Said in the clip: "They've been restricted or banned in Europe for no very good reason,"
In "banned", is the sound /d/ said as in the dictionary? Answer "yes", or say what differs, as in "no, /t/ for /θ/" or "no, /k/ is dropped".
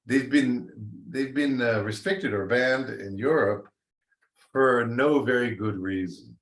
yes